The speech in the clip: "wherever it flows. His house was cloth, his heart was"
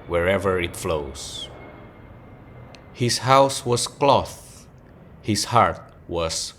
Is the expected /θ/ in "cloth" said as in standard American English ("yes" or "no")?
yes